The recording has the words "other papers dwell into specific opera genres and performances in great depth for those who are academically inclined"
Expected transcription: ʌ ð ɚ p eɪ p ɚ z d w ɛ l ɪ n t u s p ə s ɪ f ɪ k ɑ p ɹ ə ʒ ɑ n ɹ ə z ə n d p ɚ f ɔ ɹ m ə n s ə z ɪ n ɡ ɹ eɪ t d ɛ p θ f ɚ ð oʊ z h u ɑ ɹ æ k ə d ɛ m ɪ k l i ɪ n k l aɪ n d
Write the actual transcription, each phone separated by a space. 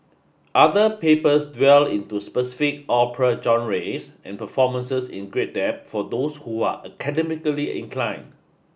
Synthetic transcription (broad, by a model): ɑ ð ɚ p eɪ p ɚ s d w ɛ l ɪ n t u s p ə s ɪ f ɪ k ɑ p ɹ ə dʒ ɑ n ɹ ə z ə n p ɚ f ɔ m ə n s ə s ɪ n ɡ ɹ eɪ t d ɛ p f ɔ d oʊ s h u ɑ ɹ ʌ k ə d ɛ m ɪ k l i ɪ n k l aɪ n